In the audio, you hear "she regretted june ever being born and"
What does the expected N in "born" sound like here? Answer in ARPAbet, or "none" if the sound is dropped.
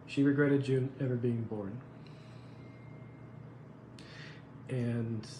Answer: N